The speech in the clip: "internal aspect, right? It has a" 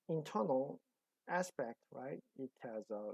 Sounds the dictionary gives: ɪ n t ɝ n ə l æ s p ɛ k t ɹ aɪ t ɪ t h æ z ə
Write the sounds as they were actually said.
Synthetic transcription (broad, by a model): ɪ n t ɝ n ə l æ s p ɛ k t ɹ aɪ t ɪ t h æ z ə